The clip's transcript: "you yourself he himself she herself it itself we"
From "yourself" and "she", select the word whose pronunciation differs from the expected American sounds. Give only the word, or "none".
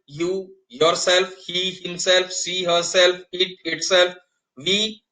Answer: she